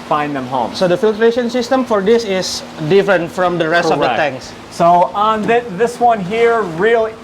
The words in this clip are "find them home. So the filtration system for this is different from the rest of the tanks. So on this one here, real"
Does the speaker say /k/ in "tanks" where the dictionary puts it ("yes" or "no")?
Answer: no